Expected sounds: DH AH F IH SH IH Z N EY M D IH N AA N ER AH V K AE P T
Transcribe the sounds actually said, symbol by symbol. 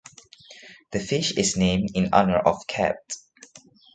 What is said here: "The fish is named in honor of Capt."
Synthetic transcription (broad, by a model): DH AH F IH SH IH S N EY M D IH N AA N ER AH F K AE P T